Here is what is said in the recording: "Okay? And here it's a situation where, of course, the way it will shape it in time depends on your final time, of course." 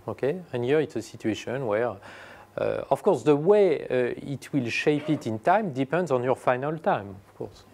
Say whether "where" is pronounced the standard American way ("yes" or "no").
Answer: yes